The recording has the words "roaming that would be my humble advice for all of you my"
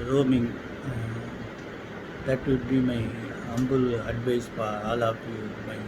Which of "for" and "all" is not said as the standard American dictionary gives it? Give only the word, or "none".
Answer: for